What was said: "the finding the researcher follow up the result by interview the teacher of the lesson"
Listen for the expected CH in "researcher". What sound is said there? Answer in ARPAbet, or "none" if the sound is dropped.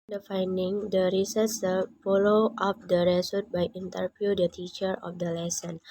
S